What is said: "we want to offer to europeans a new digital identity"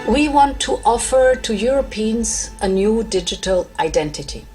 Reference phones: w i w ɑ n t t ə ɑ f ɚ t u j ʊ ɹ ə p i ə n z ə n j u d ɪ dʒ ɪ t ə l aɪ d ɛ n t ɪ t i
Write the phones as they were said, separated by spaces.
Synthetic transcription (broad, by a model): w i w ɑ n t t ɑ f ɚ t u j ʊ ɹ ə p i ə n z ə n j u d ɪ dʒ ɪ t ə l aɪ d ɛ n t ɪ t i